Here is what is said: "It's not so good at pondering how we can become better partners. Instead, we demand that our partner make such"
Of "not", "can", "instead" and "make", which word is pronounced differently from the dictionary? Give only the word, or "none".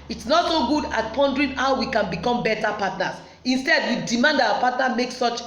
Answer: none